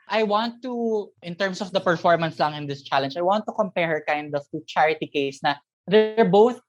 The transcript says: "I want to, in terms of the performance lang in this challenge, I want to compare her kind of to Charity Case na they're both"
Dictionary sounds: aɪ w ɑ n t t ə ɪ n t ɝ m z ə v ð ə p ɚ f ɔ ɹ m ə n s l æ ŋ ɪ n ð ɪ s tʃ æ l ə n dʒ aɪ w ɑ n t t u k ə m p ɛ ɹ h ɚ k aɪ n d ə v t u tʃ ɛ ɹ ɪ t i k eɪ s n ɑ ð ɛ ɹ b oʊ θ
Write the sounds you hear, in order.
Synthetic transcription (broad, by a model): aɪ w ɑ n t t ɪ n t ɝ m s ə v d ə p ɚ f ɔ ɹ m ə n s l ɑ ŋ ɪ n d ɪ s tʃ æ l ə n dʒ aɪ w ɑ n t t u k ə m p ɛ ɹ h ɚ k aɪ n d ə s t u tʃ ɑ ɹ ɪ t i k eɪ s n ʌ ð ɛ ɹ b oʊ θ